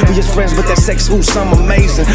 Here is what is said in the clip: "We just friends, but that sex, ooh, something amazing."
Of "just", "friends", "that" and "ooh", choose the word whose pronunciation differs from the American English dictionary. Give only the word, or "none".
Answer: none